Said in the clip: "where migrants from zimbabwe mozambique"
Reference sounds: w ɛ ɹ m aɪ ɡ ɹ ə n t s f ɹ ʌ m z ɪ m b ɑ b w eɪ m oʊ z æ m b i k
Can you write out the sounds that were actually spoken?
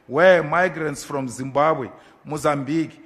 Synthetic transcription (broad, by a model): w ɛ m aɪ ɡ ɹ ə n t s f ɹ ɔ m z ɪ m b ɑ b w eɪ m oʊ z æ m b i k